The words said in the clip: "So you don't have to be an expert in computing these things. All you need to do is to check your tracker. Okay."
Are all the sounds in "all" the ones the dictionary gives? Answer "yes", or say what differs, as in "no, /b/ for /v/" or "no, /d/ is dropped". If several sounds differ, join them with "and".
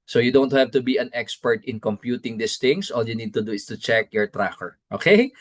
yes